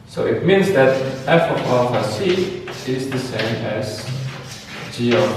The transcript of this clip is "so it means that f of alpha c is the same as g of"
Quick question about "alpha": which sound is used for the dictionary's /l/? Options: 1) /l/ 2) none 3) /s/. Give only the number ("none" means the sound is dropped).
2